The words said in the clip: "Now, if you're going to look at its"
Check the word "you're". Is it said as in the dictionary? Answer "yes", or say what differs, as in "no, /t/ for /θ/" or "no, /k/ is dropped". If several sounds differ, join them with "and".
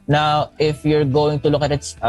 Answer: yes